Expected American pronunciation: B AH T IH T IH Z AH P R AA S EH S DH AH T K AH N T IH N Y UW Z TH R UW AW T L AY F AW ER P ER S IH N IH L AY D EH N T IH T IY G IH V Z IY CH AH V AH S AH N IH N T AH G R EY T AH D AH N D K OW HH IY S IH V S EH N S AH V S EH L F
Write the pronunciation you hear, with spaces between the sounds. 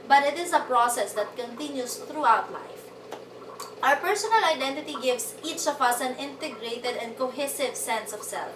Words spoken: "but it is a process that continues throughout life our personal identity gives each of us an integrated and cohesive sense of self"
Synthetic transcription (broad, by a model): B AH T IH T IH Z AH P R AA S EH S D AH T K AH N T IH N Y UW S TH R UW AW T L AY F AW ER P ER S IH N IH L AY D EH N T IH T IY G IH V S IY CH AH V AH S AH N IH N T AH G R EY T AH D AH N D K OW HH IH S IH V S EH N S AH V S EH L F